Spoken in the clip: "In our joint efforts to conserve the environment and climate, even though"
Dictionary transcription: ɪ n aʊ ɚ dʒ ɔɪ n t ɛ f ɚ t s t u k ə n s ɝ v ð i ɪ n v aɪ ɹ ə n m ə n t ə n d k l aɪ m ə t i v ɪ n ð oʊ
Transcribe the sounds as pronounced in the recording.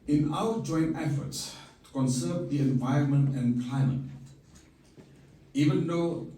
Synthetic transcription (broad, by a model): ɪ n aʊ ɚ dʒ ɔɪ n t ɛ f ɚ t s t u k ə n s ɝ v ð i ɪ n v aɪ ɹ ə n m ə n t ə n k l aɪ m ə t i v ɪ n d oʊ